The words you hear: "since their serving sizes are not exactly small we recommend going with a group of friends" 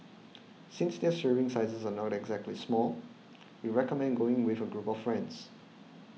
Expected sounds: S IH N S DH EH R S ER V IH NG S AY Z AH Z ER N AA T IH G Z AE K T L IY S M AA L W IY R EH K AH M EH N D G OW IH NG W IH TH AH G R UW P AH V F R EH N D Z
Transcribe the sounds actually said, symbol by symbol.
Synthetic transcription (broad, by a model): S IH N S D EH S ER IH NG S AY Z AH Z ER N AA T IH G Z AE K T L IY S M AA L W IY R EH K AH M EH N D G OW IH NG W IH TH AH G R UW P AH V F R EH N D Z